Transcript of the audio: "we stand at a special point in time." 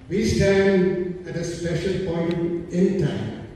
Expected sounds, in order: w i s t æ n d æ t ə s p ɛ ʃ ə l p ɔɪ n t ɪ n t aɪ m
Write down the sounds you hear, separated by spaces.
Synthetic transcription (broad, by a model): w i s t æ n d æ t ə s p ɛ ʃ ə l p ɔɪ n t ɪ n t aɪ m